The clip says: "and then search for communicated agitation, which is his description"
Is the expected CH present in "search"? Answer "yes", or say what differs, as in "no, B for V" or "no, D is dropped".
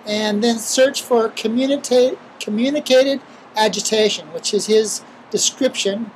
yes